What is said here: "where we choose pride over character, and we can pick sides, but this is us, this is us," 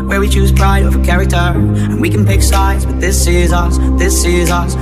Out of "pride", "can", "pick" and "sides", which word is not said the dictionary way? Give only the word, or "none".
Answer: none